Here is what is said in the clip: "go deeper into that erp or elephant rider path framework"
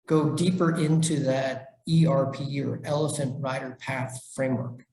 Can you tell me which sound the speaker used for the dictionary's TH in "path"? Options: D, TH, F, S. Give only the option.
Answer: TH